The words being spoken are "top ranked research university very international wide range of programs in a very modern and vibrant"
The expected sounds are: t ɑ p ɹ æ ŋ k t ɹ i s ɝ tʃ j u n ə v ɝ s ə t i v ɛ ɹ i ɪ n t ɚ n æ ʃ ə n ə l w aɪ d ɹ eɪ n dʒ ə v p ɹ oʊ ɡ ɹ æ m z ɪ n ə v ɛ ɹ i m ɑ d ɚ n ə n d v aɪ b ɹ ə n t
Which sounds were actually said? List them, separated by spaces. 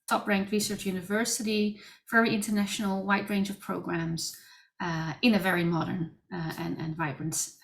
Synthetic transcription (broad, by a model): t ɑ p ɹ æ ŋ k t ɹ i s ɝ tʃ j u n ə v ɝ s ə t i v ɛ ɹ i ɪ n t ɚ n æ ʃ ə n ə l w aɪ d ɹ eɪ n dʒ ə v p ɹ oʊ ɡ ɹ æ m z ɪ n ə v ɛ ɹ i m ɑ d ɚ n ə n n v aɪ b ɹ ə n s